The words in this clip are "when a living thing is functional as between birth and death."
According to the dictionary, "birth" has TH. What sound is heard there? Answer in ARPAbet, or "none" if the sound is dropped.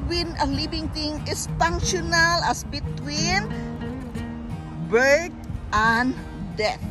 T